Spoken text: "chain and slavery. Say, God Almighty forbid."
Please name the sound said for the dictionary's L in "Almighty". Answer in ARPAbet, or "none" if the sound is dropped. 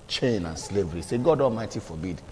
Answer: L